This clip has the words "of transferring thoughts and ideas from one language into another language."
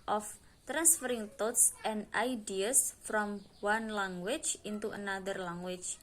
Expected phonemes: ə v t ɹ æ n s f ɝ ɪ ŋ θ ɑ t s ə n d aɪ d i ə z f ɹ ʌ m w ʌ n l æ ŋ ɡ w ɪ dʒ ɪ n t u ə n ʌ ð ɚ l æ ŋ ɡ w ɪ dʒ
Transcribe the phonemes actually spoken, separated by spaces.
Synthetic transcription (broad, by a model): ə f t ɹ æ n s f ɝ ɪ ŋ t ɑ t s ə n d aɪ d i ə s f ɹ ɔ m w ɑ n l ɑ ŋ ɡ w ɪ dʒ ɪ n t u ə n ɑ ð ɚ l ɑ ŋ w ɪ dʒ